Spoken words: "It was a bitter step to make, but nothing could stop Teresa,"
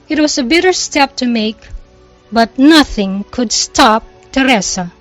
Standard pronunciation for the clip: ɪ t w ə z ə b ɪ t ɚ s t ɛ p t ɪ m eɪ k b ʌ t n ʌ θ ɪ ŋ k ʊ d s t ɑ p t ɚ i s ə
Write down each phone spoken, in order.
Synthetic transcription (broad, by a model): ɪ t w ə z ə b ɪ t ɚ s t ɛ p t ɪ m eɪ k b ʌ t n ʌ θ ɪ ŋ k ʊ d s t ɑ p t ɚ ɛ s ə